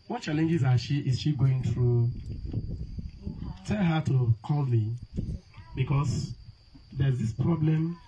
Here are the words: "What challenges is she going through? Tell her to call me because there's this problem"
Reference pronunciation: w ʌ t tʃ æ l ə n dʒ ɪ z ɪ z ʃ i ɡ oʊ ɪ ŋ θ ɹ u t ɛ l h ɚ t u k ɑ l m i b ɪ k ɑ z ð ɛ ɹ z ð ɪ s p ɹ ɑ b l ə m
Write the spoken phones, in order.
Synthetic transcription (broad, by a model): w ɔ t tʃ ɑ l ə n dʒ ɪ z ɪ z ʃ i ɡ oʊ ɪ ŋ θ ɹ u t ɛ l h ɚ t u k ɑ l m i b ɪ k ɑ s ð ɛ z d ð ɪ s p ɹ ɑ b l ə m